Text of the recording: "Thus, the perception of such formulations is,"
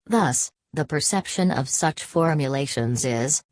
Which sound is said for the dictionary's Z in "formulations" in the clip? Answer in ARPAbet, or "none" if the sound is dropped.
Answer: Z